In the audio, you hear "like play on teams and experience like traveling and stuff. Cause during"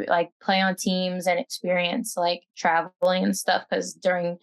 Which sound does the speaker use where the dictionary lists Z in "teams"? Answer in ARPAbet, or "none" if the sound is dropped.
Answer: Z